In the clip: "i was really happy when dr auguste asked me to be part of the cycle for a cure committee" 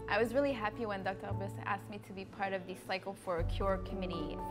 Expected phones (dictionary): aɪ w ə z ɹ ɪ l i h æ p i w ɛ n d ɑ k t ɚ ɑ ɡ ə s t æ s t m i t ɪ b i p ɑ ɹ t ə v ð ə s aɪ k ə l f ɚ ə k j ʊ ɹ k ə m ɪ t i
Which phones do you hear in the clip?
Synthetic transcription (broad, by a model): aɪ w ə z ɹ ɪ l i h æ p i w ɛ n d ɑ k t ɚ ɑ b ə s æ s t m i t ɪ b i p ɑ ɹ t ə v ð ə s aɪ k l f ɚ ə k j ʊ ɹ k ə m ɪ t i